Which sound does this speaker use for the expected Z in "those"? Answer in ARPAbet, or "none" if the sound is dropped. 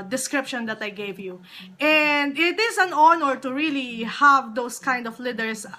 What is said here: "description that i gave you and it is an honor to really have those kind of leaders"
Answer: S